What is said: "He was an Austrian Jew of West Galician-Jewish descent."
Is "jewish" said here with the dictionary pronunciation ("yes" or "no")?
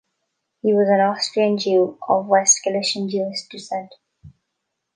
no